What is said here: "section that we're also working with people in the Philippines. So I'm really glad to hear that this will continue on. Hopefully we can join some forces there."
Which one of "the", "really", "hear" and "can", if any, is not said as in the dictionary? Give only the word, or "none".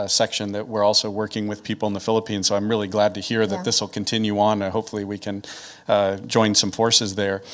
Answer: none